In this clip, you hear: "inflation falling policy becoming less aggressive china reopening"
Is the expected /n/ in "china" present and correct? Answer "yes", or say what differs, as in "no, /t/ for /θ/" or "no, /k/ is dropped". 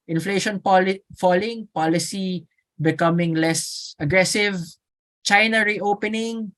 yes